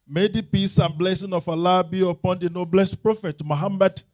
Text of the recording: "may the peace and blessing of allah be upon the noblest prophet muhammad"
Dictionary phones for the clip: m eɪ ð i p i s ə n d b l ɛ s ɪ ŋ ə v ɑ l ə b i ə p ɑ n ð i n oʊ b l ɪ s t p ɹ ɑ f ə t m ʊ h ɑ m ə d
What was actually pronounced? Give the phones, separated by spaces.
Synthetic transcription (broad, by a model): m eɪ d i p i s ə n b l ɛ s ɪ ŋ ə f ɑ l ə b i ə p ɑ n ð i n oʊ b l ɪ s t p ɹ ɑ f ə t m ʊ h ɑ m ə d